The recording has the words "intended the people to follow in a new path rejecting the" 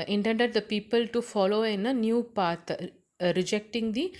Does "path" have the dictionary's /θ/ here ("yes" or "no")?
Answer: no